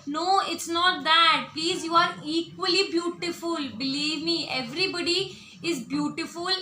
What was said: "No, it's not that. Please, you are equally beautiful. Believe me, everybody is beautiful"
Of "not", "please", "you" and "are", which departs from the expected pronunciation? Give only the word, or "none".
none